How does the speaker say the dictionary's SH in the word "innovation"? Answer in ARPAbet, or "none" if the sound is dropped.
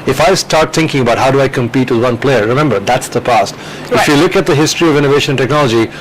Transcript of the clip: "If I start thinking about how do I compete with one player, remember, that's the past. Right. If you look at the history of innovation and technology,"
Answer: none